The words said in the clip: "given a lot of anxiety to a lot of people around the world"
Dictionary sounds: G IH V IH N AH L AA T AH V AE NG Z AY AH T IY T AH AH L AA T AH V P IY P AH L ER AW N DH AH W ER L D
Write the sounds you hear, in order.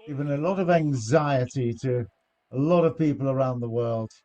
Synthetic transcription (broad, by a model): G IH V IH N AH L AA T AH V AE NG Z AY AH T IY T AH AH L AA T AH V P IY P AH L ER AW N DH AH W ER L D